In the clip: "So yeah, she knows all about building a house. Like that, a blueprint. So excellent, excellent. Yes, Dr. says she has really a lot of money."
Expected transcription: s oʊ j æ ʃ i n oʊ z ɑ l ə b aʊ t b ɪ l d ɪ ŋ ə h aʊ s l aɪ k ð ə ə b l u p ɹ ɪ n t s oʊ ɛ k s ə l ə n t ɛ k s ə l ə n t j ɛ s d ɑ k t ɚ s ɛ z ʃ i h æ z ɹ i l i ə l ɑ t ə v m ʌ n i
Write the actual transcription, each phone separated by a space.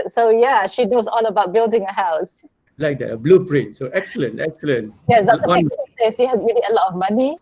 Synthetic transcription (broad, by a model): s oʊ j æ ʃ i n oʊ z ɑ l ə b aʊ t b ɪ l d ɪ ŋ ə h aʊ s l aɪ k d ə ə b l u p ɹ ɪ n t s oʊ ɛ k s ə l ə n t ɛ k s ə l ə n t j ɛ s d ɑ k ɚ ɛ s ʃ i h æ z ɹ i l i ə l ɑ t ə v m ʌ n i